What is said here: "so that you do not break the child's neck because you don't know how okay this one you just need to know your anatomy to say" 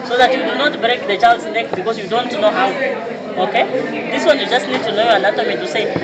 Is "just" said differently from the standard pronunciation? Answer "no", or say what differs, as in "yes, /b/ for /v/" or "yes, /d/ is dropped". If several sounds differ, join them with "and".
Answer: no